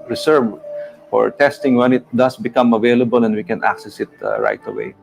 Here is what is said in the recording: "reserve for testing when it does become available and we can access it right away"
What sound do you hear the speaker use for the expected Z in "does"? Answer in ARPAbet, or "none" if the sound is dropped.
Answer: S